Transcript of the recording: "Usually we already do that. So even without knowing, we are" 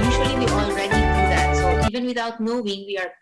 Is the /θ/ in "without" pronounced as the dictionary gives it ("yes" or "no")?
no